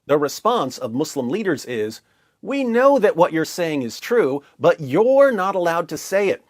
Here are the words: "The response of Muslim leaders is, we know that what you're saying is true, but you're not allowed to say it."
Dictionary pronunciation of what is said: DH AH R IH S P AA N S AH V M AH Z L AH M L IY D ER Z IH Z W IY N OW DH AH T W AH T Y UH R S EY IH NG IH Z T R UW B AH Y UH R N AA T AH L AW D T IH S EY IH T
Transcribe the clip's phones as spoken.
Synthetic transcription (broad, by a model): DH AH R IH S P AA N S AH V M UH S L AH M L IY D ER Z IH Z W IY N OW DH AH T W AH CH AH R S EY IH NG IH Z T R UW B AH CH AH R N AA T AH L AW D T IH S EY IH T